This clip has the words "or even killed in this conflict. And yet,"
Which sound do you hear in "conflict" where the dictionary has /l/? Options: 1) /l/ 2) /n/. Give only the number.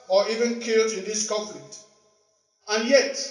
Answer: 2